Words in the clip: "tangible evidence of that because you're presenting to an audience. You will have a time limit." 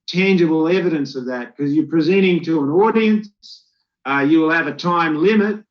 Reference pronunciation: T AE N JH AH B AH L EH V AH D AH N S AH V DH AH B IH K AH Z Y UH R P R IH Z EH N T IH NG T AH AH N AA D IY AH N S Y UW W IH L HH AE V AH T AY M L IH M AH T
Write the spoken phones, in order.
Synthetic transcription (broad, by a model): T AE N JH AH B L EH V AH D AH N S AH V DH AH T K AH Z Y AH R P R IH Z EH T IH NG T AH AH N AA D IY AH N S Y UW W IH L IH V AH T AY M L IH M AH T